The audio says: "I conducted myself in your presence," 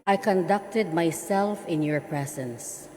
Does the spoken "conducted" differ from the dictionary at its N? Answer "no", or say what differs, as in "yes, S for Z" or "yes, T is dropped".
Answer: no